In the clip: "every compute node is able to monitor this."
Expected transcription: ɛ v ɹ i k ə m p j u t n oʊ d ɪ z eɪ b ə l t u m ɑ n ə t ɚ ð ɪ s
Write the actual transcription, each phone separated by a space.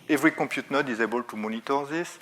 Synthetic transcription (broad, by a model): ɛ v ɹ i k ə p j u t n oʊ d ɪ z eɪ b ə l t u m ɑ n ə t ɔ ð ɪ s